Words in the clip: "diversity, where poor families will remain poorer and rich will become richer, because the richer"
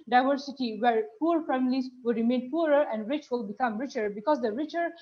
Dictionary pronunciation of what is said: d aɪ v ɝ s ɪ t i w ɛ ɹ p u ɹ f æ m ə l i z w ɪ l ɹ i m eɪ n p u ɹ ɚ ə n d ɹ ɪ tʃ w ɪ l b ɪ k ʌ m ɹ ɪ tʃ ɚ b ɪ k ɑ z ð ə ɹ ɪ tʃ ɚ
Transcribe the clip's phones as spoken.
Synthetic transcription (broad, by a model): d aɪ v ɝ s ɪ t i w ɛ ɹ p u ɹ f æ m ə l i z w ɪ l ɹ i m eɪ n p u ɹ ɚ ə n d ɹ ɪ tʃ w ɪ l b ɪ k ʌ m ɹ ɪ tʃ ɚ b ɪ k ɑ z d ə ɹ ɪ tʃ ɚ